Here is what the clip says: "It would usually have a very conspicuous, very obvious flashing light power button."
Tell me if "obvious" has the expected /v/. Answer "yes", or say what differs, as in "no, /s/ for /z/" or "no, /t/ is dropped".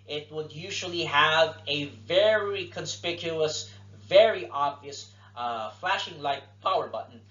yes